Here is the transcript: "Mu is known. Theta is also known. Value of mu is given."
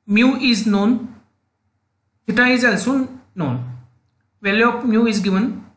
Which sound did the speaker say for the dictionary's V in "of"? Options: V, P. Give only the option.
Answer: P